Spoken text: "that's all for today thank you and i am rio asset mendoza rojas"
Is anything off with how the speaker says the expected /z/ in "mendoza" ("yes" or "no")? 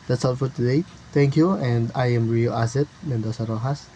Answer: yes